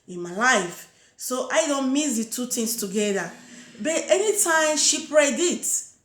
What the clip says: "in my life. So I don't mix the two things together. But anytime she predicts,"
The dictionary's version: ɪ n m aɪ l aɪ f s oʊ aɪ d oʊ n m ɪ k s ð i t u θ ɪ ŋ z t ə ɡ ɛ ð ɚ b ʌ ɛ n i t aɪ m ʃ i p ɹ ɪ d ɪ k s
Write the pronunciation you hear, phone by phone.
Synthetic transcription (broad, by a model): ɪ n m aɪ l aɪ f s oʊ aɪ d oʊ n m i s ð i t u t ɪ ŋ s t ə ɡ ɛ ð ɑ b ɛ ɛ n i t aɪ m ʃ i p ɹ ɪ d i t